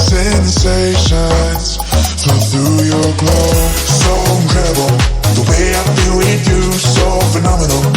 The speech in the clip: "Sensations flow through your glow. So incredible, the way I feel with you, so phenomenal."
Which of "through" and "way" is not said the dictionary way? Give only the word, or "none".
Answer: none